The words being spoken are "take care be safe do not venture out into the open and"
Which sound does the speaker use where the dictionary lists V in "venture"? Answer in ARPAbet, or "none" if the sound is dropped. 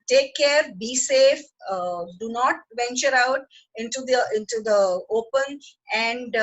V